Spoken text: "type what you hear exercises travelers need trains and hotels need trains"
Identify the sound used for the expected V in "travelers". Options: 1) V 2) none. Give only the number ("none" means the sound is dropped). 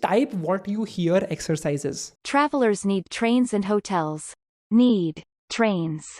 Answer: 1